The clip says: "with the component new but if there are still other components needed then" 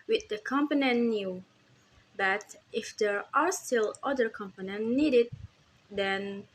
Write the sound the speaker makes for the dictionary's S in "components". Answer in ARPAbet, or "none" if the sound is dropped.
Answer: none